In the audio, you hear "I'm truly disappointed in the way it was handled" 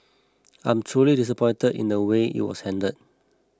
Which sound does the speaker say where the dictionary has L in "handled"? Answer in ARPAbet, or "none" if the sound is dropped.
none